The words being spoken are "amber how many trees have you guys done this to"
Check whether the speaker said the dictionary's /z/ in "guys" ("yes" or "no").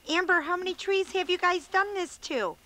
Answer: yes